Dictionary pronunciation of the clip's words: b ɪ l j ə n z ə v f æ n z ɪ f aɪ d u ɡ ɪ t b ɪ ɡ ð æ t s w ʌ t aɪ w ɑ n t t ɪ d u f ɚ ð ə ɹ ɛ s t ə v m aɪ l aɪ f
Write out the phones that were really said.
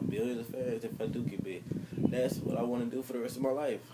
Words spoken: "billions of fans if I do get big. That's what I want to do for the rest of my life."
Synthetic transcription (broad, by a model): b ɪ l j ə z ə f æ z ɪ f aɪ d u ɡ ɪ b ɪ ð æ t s w ʌ t aɪ w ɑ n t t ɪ d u f ɚ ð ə ɹ ɛ s t ə v m aɪ l aɪ f